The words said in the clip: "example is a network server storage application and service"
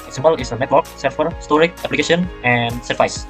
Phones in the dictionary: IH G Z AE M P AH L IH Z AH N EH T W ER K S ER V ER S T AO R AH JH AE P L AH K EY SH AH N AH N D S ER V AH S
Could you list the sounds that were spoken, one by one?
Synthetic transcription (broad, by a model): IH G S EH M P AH L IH S AH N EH T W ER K S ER F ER S T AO R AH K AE P L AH K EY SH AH N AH N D S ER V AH S